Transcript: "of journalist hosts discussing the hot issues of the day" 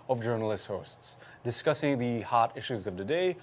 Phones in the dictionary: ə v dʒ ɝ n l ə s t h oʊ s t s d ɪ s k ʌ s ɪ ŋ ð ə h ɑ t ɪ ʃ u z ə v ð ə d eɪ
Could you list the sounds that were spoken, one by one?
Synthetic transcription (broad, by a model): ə v dʒ ɝ n l ə s t h oʊ s t s d ɪ s k ʌ s ɪ ŋ ð ə h ɑ t ɪ ʃ u z ə v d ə d eɪ